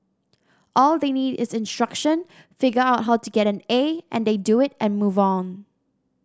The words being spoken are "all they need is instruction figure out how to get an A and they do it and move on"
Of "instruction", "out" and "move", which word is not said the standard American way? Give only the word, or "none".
none